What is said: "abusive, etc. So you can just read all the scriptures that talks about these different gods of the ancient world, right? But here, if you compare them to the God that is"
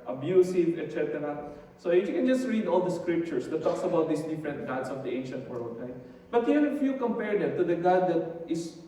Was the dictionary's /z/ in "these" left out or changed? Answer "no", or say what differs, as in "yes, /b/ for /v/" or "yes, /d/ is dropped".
yes, /s/ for /z/